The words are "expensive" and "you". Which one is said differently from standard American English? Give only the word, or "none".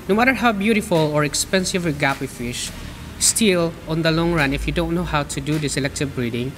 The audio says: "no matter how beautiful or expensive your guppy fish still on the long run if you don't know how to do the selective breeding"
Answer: none